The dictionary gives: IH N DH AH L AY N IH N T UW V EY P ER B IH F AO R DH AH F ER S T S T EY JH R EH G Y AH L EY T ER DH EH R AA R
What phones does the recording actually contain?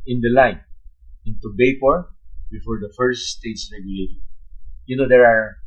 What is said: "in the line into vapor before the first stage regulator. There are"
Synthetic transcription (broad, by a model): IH N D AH L AY N IH N T UW B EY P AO B IH F AO R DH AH F ER S T S T EY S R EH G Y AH L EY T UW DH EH R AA R